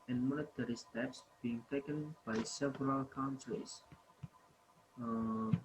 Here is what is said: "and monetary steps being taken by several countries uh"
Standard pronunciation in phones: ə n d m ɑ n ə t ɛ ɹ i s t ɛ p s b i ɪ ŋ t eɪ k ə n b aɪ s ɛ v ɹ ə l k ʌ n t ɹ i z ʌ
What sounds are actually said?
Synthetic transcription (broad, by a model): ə n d m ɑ l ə t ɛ ɹ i s t ɛ p s b i ɪ ŋ t eɪ k ə n b aɪ s ɛ v ɹ ə l k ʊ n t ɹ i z